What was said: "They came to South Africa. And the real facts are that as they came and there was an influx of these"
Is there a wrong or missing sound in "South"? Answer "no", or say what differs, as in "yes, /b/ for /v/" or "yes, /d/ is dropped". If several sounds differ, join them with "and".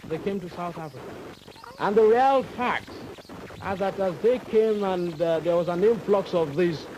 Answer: no